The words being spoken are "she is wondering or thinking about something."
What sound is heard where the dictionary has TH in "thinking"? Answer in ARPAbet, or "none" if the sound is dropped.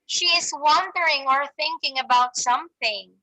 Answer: TH